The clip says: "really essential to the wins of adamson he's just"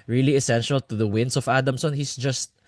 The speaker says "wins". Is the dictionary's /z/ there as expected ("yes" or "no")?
no